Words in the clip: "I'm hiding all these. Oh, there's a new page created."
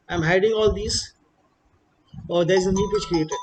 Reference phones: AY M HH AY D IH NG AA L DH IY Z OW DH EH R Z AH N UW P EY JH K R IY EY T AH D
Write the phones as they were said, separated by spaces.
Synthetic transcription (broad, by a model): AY M HH AY D IH NG AA L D IY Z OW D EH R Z AH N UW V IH CH K R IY EY T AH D